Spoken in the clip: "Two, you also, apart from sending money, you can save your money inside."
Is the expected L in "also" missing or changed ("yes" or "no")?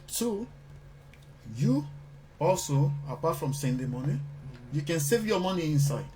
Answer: no